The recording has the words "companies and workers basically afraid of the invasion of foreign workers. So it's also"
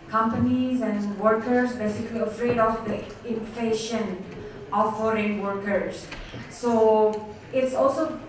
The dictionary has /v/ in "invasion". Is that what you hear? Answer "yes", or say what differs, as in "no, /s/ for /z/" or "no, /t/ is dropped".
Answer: no, /f/ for /v/